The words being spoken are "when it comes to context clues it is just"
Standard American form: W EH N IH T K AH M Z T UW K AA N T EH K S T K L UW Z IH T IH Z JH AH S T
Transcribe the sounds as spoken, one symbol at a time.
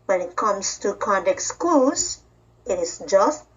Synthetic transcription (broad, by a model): W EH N IH T K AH M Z T UW K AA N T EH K S K UW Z IH T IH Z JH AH S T